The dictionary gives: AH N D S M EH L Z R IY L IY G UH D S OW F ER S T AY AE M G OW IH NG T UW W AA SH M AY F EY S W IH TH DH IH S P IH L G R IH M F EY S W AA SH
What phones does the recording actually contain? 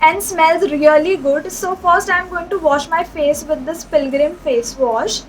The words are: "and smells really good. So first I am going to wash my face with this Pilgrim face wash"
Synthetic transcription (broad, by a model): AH N D S M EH L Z R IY L IY G UH D S OW F ER S T AY M G OW IH NG T UW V AA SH M AY F EY S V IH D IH S P IH L G R IH M F EY S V AA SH